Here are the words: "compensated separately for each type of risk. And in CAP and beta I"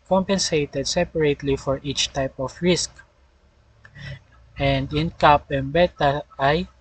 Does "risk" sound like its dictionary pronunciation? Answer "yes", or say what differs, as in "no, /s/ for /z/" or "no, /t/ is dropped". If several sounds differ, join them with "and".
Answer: yes